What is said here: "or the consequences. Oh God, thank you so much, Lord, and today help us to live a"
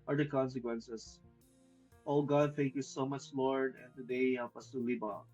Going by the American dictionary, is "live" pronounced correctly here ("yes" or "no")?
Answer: no